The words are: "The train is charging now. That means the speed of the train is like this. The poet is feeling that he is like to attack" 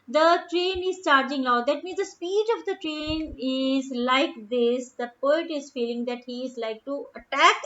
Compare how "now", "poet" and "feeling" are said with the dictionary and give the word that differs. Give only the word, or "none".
now